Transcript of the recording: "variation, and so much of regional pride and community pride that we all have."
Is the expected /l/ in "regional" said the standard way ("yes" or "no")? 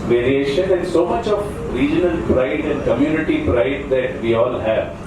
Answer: no